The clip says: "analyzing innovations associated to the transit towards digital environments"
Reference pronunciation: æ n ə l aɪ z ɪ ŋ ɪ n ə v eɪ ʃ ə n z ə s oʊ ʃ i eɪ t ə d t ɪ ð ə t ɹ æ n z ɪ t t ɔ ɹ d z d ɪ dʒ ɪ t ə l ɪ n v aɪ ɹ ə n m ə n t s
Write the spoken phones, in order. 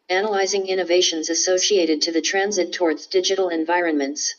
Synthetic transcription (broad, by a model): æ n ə l aɪ z ɪ ŋ ɪ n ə v eɪ ʃ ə n z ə s oʊ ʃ i eɪ t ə d t ɪ ð ə t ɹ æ n z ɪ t t ɔ ɹ d z d ɪ dʒ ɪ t l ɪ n v aɪ ɹ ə n m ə n t s